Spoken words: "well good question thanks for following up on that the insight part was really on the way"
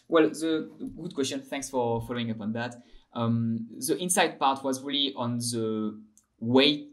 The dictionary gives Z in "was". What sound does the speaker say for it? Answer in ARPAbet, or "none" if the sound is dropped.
Z